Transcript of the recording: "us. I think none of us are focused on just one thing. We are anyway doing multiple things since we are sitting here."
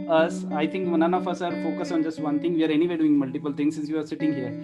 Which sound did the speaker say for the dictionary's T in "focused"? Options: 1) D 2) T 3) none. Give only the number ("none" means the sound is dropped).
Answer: 3